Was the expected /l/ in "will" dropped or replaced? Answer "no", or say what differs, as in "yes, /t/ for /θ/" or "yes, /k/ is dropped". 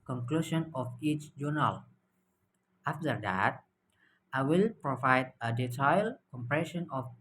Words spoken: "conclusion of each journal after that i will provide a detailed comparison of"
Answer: no